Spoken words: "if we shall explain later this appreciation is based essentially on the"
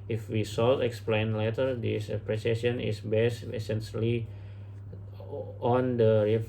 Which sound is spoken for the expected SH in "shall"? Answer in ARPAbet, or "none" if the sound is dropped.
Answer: S